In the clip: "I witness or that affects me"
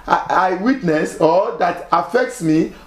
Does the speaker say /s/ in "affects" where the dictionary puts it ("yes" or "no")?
yes